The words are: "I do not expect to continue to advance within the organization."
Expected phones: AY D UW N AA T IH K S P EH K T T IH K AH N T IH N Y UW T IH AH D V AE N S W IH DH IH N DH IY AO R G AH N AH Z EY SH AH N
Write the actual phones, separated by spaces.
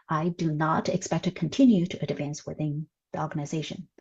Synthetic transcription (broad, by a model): AY D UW N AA T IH K S P EH K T T IH K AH N T IH N Y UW T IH AH D V AE N S W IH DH IH N DH IY AO R G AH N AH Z EY SH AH N